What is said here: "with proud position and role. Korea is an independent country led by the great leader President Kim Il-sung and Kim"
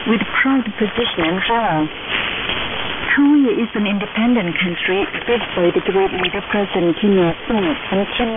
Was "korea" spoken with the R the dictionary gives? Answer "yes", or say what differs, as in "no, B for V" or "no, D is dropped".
no, W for R